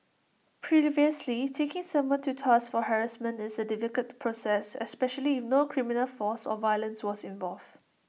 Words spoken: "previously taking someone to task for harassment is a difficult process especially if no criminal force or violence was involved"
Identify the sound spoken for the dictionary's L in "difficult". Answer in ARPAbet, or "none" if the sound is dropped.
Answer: none